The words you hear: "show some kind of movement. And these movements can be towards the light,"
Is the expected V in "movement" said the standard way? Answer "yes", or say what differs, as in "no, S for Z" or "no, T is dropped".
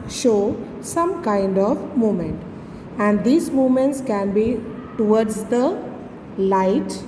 no, V is dropped